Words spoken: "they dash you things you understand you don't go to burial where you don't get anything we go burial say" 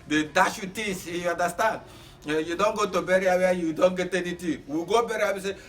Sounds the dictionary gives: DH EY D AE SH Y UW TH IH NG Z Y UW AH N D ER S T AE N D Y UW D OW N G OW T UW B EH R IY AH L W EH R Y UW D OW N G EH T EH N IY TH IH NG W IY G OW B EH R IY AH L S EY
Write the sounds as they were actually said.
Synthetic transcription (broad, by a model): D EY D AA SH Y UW T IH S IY Y UW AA N D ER S T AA N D Y UW D OW N G OW T UW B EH R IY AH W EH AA Y UW D OW N G EH T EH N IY T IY W IY G OW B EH R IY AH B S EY